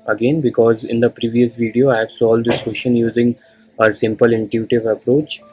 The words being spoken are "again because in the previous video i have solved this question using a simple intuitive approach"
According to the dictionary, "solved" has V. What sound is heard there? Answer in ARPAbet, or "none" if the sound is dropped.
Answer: none